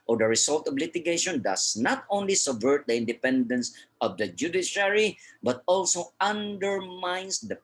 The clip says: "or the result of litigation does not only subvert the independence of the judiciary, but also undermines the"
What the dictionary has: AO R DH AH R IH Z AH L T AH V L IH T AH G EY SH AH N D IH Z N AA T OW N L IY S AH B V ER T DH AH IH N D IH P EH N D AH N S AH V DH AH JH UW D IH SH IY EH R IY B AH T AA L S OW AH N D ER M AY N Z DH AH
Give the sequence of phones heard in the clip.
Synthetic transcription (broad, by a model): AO R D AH R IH S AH L T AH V L IH T AH G EY SH AH N D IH S N AA T OW N L IY S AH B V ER T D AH IH N D IH P EH N D AH N S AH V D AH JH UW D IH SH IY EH R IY B AH T AA L S OW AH N D ER M AY N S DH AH